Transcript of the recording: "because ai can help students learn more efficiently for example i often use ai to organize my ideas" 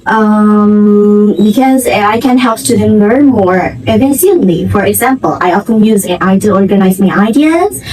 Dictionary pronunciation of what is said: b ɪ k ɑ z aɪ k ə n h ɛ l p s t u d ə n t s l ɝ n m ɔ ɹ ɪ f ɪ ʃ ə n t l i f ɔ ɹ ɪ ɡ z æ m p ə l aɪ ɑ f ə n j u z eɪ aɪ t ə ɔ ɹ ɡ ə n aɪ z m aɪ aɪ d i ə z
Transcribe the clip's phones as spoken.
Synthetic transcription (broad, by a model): b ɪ k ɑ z aɪ k ə n h ɛ l p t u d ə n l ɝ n m ɔ ɹ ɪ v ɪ s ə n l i f ɔ ɹ ɪ ɡ z æ m p ə l aɪ ɑ f ə n j u z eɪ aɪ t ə ɔ ɹ ɡ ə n aɪ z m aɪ aɪ d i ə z